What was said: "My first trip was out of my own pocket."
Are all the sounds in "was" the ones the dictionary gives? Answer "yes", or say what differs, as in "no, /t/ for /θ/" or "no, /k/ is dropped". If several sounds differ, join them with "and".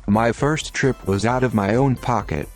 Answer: yes